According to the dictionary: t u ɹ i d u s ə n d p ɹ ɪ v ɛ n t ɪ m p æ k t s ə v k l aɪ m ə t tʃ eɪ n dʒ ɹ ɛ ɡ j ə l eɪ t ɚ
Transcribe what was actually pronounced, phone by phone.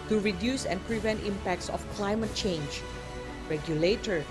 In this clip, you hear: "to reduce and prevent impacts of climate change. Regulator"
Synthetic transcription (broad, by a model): t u ɹ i d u s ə n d p ɹ ɪ v ɛ n t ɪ m p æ k t s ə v k l aɪ m ə t tʃ eɪ n dʒ ɹ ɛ ɡ j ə l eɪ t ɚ